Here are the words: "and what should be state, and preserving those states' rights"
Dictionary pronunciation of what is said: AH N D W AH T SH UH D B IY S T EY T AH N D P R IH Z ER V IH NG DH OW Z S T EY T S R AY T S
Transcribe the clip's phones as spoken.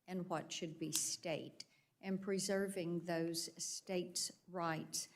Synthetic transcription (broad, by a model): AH N W AH T SH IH D B IY S T EY T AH N P R IH Z ER V IH NG DH OW Z S T EY T S R AY T S